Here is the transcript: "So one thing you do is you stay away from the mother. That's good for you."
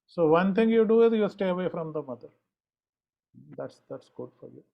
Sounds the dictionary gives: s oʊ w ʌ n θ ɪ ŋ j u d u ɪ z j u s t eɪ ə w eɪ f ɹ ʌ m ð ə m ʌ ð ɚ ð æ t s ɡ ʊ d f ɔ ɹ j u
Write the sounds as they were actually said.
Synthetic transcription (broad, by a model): s oʊ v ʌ n t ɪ ŋ j u d u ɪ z j u s t eɪ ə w eɪ f ɹ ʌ m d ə m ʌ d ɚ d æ t s ɡ ʊ d f ɔ ɹ j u